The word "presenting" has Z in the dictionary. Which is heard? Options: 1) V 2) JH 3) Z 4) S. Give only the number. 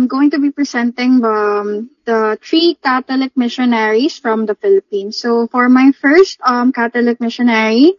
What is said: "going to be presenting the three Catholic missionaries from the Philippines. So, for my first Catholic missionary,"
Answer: 4